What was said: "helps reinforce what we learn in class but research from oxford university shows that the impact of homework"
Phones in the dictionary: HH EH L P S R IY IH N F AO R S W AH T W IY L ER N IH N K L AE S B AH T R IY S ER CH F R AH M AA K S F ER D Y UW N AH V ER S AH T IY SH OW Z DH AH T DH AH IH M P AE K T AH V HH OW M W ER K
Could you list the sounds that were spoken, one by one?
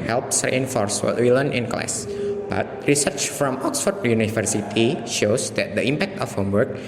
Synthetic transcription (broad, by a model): HH EH L P S R IY IH N F AO R S W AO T W IY L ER N IH N K L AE S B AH T R IY S ER CH F R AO M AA K S F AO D Y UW N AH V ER S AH T IY SH OW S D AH T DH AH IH M P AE K T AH F HH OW M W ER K